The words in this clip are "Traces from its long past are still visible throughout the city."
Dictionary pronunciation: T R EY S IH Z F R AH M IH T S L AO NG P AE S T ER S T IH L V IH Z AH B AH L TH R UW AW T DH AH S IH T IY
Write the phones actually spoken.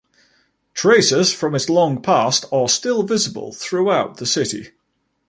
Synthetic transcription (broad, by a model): T R EY S IH Z F R AH M IH T S L AO NG P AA S T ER S T IH L V IH Z AH B AH L TH R UW AW T DH AH S IH T IY